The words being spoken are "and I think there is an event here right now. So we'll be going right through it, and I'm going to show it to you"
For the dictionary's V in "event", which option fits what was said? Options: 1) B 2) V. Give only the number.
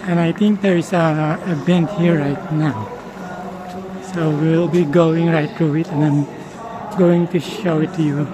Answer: 1